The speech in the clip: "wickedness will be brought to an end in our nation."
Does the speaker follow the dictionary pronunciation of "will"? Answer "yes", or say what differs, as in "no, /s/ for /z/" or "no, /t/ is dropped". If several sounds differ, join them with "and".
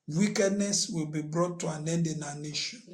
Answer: yes